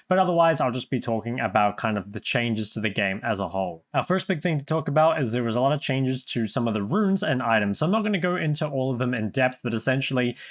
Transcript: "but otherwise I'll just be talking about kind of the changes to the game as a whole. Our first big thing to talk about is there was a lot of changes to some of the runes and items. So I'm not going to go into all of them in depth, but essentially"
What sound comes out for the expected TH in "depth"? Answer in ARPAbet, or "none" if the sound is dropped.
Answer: TH